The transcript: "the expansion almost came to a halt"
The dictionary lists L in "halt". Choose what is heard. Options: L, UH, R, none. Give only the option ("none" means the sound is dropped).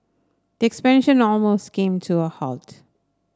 L